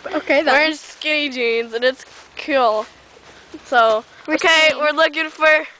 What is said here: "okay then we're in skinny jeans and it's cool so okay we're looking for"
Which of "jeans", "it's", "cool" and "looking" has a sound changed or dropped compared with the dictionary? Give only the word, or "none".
none